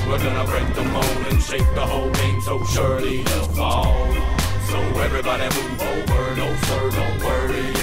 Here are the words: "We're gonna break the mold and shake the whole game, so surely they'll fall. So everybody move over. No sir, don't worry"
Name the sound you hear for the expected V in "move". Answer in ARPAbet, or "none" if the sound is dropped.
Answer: none